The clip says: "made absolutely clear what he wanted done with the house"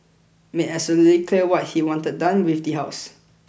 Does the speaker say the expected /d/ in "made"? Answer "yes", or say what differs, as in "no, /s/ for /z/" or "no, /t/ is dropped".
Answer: no, /d/ is dropped